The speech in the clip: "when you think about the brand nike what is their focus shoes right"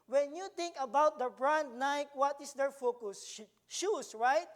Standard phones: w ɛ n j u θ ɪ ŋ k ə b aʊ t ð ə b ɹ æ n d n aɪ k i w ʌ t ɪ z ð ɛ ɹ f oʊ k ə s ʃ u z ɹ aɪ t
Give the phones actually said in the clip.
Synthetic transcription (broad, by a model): w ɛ n j u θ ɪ ŋ k ə b aʊ t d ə b ɹ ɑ n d n aɪ k w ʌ t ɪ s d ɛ ɹ f oʊ k ə s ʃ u s ɹ aɪ t